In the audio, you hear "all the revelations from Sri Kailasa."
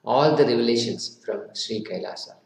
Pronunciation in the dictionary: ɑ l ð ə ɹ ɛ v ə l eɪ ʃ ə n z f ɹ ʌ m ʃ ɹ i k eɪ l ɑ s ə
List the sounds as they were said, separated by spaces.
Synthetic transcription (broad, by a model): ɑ l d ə ɹ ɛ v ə l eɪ ʃ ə n s f ɹ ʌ m ʃ ɹ i k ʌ l ɑ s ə